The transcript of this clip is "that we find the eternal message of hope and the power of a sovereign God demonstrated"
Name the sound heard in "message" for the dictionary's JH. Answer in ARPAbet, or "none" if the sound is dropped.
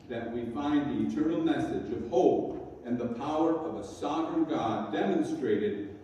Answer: JH